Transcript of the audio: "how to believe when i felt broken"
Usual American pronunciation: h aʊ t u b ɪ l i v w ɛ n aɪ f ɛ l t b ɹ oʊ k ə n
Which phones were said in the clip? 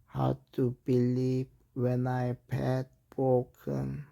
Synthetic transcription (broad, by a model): h aʊ t u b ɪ l i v w ɛ n aɪ p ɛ t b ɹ oʊ k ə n